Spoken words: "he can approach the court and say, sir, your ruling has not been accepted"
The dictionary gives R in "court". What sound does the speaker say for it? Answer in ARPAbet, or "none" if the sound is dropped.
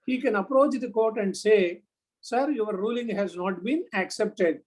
R